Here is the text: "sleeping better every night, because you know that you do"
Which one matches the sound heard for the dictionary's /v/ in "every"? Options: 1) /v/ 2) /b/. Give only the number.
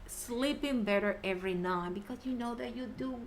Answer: 1